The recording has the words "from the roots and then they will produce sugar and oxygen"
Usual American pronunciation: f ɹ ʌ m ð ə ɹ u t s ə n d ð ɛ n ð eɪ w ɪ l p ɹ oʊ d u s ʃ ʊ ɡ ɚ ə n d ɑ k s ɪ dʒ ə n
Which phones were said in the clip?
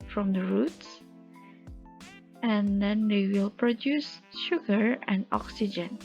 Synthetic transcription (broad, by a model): f ɹ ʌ m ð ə ɹ u t s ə n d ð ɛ n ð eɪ w ɪ l p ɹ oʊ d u s ʃ ʊ ɡ ɚ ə n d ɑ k s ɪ dʒ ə n